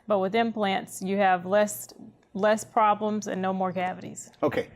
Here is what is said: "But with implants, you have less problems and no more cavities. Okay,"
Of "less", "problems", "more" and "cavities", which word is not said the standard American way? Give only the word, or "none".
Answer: none